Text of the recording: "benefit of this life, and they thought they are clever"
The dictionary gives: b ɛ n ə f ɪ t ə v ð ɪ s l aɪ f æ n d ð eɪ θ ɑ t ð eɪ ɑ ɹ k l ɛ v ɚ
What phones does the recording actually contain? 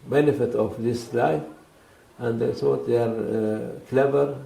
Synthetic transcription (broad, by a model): b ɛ n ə f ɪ t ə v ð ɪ s l aɪ f æ n d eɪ s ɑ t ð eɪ ɑ ɹ k l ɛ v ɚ